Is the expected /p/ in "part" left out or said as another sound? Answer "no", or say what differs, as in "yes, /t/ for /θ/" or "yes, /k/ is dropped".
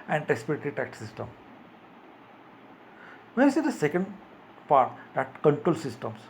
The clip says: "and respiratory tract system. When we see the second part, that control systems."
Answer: yes, /f/ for /p/